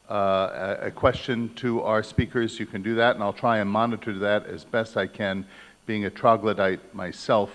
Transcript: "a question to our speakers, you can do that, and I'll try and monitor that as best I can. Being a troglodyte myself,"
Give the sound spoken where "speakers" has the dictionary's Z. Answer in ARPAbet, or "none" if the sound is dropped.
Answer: Z